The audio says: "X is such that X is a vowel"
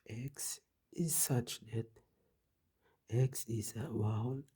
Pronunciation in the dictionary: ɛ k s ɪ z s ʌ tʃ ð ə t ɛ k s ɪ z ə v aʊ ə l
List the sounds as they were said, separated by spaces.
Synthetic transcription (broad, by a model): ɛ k s ɪ z s ʌ tʃ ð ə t ɛ k s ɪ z ə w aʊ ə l